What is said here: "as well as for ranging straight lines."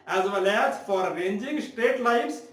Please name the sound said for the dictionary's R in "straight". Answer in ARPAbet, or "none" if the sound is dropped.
none